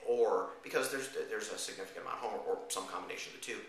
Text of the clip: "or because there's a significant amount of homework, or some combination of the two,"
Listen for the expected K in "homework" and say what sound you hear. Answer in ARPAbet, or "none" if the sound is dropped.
none